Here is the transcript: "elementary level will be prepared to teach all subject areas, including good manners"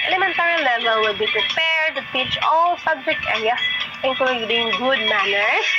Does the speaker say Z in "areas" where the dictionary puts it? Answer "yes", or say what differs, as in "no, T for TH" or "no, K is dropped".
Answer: no, Z is dropped